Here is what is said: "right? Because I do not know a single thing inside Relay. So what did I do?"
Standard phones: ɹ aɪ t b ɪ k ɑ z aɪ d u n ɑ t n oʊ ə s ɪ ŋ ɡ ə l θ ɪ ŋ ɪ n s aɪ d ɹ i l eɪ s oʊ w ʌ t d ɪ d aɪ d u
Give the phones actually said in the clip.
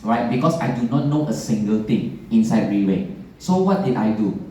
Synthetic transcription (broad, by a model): ɹ aɪ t b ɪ k ɑ s aɪ d u n ɑ t n oʊ ə s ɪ ŋ ɡ ə l t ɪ ŋ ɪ n s aɪ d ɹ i w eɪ s oʊ w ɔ t d ɪ d aɪ d u